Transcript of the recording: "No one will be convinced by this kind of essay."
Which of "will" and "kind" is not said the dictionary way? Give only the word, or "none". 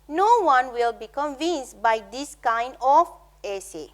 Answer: none